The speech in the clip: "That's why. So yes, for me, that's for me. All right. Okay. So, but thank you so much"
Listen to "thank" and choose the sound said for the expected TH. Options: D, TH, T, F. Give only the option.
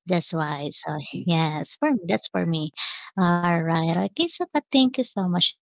T